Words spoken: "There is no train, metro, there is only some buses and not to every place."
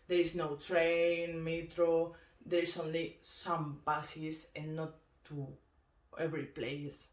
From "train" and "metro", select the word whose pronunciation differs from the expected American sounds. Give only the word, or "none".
none